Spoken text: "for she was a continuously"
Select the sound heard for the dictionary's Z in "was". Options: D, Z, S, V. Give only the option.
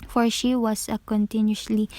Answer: S